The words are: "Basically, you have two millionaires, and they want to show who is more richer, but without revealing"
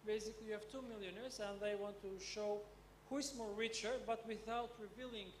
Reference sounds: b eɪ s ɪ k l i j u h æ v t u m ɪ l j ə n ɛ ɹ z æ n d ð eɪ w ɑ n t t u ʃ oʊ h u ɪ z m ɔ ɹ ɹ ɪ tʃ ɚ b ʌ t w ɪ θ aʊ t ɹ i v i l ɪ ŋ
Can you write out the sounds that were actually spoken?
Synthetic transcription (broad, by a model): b eɪ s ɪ k l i j u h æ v t u m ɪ l j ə n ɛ ɹ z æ n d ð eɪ w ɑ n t t u ʃ oʊ h u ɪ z m ɔ ɹ ɹ ɪ tʃ ɚ b ʌ t w ɪ θ aʊ t ɹ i v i l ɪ ŋ